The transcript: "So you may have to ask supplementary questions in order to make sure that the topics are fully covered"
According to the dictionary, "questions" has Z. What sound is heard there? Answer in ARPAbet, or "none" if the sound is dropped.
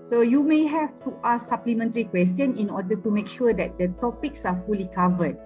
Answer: none